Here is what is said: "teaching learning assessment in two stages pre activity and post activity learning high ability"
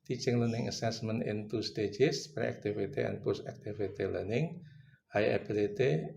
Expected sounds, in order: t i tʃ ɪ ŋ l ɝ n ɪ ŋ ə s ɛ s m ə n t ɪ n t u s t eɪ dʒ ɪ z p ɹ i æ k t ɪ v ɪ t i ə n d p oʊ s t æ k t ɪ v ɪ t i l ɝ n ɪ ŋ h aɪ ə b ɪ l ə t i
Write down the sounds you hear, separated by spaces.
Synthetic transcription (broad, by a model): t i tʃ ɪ ŋ l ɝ n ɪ ŋ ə s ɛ s m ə n ɪ n t u s t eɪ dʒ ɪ s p ɹ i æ k t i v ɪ t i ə n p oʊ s æ k t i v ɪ t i l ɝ n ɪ ŋ h aɪ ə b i l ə t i